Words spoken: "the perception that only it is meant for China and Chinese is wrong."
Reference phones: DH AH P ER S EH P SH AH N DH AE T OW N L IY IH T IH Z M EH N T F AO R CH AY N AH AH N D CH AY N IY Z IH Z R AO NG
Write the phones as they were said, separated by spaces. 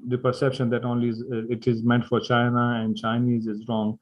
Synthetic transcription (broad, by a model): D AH P ER S EH P SH AH N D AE T OW N L IY IH T IH Z M EH N T F AO R CH AY N AH AH N D CH AY N IY Z IH Z R AO NG